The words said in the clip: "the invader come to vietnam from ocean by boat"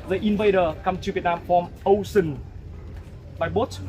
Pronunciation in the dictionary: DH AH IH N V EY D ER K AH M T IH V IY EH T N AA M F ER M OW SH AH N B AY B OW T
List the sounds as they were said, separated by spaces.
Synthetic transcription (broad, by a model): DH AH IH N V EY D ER K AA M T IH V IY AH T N AA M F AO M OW S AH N B AY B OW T